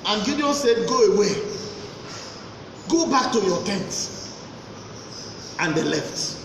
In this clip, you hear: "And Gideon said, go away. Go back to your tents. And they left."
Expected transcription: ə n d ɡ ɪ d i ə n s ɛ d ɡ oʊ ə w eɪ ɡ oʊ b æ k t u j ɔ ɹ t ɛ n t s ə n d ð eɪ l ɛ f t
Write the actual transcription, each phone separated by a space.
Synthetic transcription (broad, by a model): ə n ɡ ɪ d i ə s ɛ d ɡ oʊ ə w eɪ ɡ oʊ b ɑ k t u j ɔ t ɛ n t ə n d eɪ l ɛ f t